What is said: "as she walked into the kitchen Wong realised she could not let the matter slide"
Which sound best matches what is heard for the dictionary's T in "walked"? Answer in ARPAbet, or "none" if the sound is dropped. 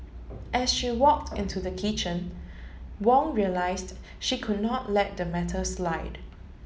T